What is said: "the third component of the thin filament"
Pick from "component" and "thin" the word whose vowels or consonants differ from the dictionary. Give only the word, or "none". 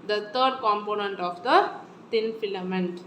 thin